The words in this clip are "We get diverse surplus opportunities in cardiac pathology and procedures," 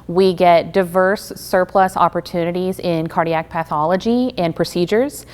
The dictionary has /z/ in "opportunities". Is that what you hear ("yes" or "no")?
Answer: yes